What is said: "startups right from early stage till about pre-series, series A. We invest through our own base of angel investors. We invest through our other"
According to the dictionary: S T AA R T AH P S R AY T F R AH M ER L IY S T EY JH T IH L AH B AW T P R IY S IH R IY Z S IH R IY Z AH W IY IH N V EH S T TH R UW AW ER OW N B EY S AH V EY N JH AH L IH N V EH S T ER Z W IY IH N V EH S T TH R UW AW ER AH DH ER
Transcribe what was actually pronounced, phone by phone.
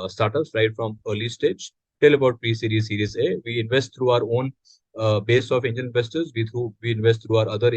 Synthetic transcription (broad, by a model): S T AA R T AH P S R AY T F R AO M ER L IY S T EY JH T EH L AH B AW T P R IY S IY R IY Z S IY R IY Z AH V IY IH N V EH S T T R UW AW ER OW N B EY S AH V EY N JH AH N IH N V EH S T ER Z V IY IH N V EH S T T R UW AW ER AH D ER